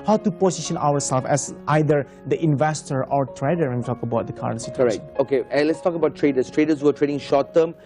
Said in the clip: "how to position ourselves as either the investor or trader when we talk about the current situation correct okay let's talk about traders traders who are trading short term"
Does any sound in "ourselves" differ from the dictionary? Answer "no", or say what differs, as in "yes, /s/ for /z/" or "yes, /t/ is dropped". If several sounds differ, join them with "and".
yes, /w/ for /ɹ/